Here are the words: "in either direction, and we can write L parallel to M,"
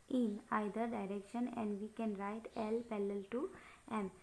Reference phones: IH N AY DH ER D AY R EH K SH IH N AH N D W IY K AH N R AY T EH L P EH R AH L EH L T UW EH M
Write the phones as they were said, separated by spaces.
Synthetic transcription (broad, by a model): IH N AY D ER D AY R EH K SH IH N AH N D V IY K AH N R AY T EH L P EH L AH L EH L T UW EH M